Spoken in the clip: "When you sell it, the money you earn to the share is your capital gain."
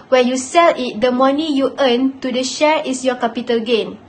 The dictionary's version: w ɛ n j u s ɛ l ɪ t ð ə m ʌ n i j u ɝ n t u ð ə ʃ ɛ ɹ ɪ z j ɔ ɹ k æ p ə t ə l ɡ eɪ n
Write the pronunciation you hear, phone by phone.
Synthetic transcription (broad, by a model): w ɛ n j u s ɛ l ɪ t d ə m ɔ n i j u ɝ n t u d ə ʃ ɛ ɹ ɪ s j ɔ k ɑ p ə t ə l ɡ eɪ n